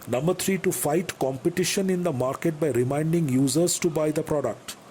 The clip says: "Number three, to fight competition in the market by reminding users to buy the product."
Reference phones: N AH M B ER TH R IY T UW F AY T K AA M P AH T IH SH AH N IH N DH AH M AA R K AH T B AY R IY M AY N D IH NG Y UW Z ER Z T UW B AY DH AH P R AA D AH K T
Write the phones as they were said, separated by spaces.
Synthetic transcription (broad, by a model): N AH M B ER T R IY T UW F AY T K AA M P AH T IH SH AH N IH N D AH M AA R K AH T B AY R IY M AY N D IH NG Y UW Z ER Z T UW B AY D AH P R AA D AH K T